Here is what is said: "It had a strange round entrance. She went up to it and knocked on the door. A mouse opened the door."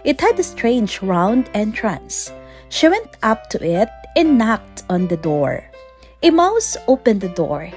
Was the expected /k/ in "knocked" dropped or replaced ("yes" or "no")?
no